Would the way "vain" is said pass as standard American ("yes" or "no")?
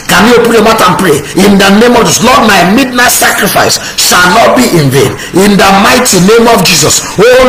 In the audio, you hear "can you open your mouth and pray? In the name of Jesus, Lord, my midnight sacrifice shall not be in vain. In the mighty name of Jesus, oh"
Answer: yes